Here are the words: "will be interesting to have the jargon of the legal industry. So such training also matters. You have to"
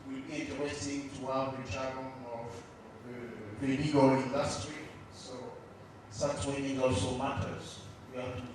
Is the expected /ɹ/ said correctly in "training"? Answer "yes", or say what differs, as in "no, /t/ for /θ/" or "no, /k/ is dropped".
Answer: no, /w/ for /ɹ/